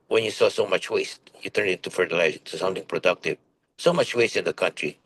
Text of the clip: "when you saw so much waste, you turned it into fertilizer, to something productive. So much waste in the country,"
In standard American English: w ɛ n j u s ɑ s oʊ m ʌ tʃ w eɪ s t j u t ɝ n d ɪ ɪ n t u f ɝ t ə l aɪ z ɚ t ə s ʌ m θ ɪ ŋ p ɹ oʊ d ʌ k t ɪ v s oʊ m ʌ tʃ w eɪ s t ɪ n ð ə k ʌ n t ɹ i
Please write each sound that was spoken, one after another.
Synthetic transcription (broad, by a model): w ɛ n j u s ɑ s oʊ m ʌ tʃ w eɪ s t j u t ɝ n d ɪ ɪ n t u f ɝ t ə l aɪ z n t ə s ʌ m t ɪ ŋ p ɹ oʊ d ʌ k t ɪ v s oʊ m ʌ tʃ w eɪ s t ɪ n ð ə k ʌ n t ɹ i